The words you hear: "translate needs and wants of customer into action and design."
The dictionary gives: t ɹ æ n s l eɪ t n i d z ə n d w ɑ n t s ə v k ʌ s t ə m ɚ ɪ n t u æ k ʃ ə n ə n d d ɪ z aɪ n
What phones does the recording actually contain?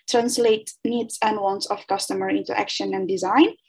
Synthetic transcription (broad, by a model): t ɹ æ n s l eɪ t n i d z ə n d w ɑ n t s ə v k ʌ s t ə m ɚ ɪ n t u æ k ʃ ə n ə n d d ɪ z aɪ n